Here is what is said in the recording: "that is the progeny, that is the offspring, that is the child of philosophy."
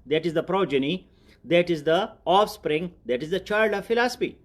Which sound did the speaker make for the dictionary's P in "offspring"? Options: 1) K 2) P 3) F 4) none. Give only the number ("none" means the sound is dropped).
2